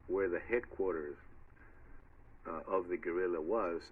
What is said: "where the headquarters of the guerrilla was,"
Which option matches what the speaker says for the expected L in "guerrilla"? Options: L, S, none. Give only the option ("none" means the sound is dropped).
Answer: L